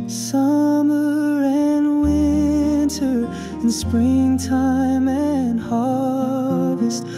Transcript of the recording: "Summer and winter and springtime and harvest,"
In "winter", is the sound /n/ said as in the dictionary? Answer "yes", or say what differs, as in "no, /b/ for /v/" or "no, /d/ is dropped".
yes